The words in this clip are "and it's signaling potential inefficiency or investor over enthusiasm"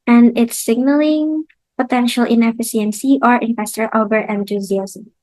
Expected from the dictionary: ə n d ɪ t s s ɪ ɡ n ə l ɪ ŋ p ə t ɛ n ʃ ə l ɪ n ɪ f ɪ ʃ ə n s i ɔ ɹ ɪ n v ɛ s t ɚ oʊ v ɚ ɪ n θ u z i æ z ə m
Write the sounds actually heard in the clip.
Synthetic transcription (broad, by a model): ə n d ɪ t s s ɪ ɡ n ə l ɪ ŋ p ə t ɛ n ʃ ə l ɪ n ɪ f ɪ s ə n s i ɔ ɹ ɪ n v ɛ s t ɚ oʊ b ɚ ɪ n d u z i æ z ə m